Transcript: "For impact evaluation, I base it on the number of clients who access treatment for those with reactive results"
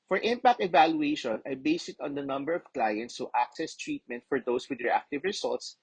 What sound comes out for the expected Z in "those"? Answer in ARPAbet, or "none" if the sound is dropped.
S